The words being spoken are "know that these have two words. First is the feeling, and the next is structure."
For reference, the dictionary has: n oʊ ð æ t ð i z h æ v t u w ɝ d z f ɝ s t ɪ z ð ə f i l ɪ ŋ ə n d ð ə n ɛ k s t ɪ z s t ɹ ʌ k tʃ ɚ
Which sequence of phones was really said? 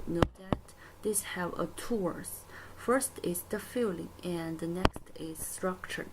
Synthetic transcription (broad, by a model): n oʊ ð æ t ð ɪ s h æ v t u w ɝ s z f ɝ s t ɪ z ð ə f i l ɪ ŋ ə n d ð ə n ɛ k s t ɪ z s t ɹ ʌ k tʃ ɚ